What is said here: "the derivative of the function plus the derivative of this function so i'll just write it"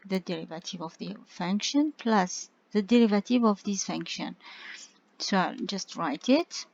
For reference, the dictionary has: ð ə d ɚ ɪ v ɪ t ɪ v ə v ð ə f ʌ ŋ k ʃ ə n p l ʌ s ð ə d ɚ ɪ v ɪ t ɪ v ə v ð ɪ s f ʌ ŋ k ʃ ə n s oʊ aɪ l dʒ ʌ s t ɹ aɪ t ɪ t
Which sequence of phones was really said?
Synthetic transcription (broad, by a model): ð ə d ɚ ɪ v ɪ t ɪ v ə v ð ə f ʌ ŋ k ʃ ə n p l ʌ s ð ə d ɚ ɪ v ɪ t ɪ v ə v ð ɪ s f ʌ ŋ k ʃ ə n s oʊ aɪ l dʒ ʌ s t ɹ aɪ t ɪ t